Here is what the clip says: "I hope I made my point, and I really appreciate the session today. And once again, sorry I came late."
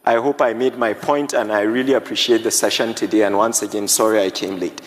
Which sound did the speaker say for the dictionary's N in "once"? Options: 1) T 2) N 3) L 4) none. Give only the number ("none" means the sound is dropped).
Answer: 2